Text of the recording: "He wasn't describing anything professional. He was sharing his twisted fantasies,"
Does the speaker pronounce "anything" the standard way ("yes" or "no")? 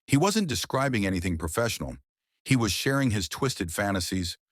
yes